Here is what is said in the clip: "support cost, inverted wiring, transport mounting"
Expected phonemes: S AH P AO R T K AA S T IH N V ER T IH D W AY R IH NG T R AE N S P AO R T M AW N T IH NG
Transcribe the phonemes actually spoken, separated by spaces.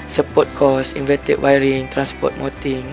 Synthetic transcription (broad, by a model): S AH P AO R T K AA S IH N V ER T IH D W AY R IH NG T R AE N S P AO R T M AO T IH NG